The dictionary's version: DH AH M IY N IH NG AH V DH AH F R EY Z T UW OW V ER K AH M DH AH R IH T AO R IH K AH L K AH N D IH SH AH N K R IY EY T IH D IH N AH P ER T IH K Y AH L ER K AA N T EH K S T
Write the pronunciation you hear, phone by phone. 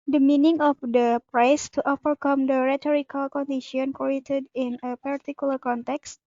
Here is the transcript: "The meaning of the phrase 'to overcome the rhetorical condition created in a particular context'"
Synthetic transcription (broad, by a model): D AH M IY N IH NG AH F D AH P R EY S T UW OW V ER K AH M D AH R IH T AO R IH K AH L K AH N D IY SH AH N K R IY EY T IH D IH N AH P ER T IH K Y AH L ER K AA N T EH K S T